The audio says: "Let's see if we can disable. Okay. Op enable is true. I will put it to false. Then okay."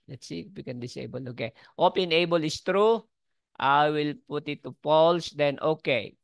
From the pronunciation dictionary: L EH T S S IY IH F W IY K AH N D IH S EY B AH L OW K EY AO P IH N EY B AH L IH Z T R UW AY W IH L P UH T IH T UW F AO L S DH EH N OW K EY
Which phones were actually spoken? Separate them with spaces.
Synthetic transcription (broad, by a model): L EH T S S IY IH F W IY K AH N D IH S EY B AH L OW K EY AO P IH N EY B AH L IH S T R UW AY W IH L P UH T IH T UW P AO L S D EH N OW K EY